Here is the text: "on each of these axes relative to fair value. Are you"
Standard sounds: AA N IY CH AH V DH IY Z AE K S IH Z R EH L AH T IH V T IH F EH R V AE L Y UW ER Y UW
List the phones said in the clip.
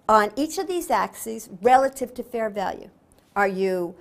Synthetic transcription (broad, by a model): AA N IY CH AH V DH IY Z AE K S IH Z R EH L AH T IH V T IH F EH R V AE L Y UW ER Y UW